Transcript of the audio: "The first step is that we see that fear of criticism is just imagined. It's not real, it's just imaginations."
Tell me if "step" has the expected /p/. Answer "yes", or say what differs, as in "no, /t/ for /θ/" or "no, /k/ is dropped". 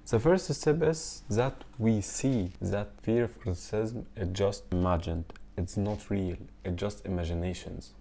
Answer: no, /b/ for /p/